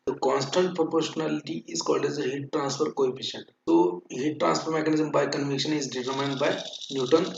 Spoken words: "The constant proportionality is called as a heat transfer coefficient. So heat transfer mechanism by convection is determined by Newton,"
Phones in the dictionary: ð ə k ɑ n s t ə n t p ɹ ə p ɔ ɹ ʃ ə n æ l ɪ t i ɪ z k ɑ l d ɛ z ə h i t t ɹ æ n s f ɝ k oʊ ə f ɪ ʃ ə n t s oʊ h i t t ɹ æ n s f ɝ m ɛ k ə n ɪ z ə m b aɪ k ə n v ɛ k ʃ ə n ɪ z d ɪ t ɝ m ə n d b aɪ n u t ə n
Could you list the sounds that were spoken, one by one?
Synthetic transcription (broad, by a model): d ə k ɑ n s t ə n t p ɹ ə p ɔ ɹ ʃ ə n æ l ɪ t i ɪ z k ɑ l d ɛ z ə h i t t ɹ æ n s f ɝ k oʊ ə p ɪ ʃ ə n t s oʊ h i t t ɹ æ n s f ɝ m ɛ k ə n ɪ z ə m b aɪ k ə n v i k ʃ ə n ɪ z d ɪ t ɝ m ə n d b aɪ n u t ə n